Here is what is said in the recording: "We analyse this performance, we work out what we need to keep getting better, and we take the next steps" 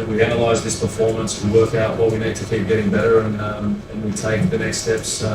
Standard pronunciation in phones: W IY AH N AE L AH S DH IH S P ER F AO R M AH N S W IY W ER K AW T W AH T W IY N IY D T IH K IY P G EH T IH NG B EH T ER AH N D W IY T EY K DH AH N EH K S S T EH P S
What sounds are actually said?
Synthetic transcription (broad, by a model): W IY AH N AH L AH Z DH IH S P ER F AO R M AH N S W W ER K AW T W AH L W IY N IY D T IH K IY P G EH T IH NG B EH T ER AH N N W IY T EY K DH AH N EH K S S T EH P S